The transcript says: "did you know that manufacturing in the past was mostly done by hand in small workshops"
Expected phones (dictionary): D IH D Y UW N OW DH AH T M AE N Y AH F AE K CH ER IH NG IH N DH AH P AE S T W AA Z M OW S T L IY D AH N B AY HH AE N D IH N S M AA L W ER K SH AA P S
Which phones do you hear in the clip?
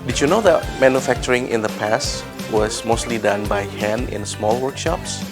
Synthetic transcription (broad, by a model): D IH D Y UW N OW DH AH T M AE N Y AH F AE K CH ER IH NG IH N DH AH P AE S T W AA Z M OW S T L IY D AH N B AY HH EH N IH N S M AA L W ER K SH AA P S